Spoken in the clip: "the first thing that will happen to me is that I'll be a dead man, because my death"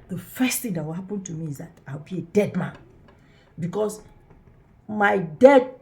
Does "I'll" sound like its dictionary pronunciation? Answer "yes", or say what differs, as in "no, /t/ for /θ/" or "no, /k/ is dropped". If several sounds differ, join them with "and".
no, /w/ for /l/